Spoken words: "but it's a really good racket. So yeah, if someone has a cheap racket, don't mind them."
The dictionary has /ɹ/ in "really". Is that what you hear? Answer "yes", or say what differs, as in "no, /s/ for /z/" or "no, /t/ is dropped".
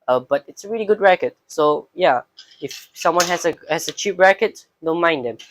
yes